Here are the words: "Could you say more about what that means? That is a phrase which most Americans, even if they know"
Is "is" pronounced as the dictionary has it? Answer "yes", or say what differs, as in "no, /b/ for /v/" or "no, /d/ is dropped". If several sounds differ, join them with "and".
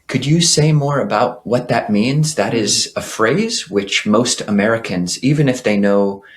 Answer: yes